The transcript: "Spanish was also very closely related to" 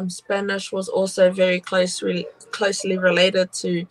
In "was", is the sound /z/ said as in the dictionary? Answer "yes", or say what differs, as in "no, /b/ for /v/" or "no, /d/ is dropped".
yes